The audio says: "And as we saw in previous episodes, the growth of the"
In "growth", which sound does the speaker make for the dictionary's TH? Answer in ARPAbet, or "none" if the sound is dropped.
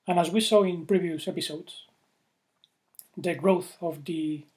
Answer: TH